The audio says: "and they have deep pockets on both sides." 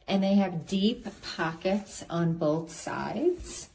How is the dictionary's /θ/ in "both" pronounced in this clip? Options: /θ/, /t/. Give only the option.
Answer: /θ/